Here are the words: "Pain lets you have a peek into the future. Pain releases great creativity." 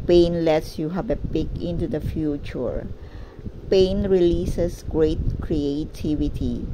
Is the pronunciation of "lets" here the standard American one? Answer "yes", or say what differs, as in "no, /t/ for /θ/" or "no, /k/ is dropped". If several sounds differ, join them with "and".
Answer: yes